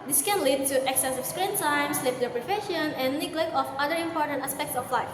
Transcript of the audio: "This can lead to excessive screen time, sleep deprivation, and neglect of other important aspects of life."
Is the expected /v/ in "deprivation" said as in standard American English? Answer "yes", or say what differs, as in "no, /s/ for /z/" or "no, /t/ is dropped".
no, /f/ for /v/